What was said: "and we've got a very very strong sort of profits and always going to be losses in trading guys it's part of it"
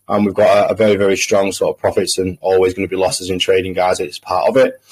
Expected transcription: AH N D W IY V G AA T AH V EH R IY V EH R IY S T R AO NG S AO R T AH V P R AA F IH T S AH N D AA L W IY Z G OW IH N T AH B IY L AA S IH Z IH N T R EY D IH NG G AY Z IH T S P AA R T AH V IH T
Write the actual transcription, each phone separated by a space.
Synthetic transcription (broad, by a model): AH N W IY V G AA T AH V EH R IY V EH R IY S T R AO NG S AO T AH V P R AA F IH T S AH N AA L W IY Z G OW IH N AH B IY L AA S IH Z IH N T R EY D IH NG G AY Z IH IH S P AA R T AH V IH T